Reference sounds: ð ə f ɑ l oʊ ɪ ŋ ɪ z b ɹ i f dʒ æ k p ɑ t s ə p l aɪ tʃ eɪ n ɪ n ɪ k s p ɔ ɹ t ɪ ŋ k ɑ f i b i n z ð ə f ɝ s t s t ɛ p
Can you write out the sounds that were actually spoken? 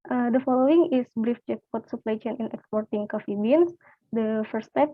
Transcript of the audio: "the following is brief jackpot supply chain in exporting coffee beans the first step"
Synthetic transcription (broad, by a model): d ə f ɑ l oʊ ɪ ŋ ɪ s b ɹ i f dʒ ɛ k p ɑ t s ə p l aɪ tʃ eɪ n ɪ n ɪ k s p ɔ ɹ t ɪ ŋ k ɑ f i b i n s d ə f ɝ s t s t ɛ p